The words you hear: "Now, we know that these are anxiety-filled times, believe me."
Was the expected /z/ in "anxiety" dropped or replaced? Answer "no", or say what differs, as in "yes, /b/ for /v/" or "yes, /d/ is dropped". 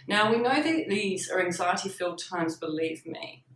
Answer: no